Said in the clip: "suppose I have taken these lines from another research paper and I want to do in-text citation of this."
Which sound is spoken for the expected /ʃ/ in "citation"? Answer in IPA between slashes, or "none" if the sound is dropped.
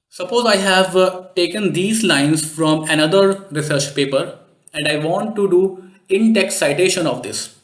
/ʃ/